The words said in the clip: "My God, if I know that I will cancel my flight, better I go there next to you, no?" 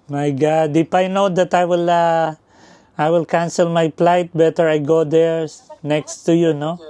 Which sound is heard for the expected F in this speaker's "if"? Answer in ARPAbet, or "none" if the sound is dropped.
P